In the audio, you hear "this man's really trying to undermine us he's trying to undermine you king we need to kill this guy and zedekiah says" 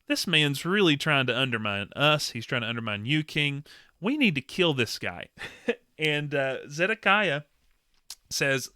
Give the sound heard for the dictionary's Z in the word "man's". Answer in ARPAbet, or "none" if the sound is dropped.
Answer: Z